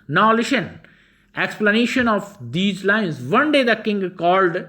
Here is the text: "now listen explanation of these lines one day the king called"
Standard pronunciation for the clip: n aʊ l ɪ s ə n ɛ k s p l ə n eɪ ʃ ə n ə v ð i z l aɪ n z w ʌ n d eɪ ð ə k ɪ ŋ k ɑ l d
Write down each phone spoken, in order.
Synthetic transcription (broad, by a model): n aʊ l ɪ ʃ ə n ɛ k s p l ə n eɪ ʃ ə n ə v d i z l aɪ n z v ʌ n d eɪ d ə k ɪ ŋ k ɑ l d